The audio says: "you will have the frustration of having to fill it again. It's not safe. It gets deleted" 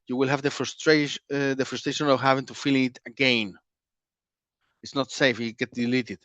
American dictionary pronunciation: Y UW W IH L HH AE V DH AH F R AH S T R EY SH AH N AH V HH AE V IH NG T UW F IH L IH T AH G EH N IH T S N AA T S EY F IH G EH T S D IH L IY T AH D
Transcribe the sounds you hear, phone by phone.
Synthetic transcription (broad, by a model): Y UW W IH L HH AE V DH AH F R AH S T R EY SH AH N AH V HH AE V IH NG T UW F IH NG IH T AH G EH N IH T S N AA T S EY F IH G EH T D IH L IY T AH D